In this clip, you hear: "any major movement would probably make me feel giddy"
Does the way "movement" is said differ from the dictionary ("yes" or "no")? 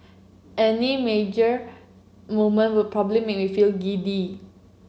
yes